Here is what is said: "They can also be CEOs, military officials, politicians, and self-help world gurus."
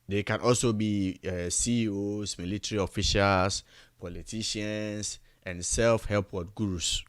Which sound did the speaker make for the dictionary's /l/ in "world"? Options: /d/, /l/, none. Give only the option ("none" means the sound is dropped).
none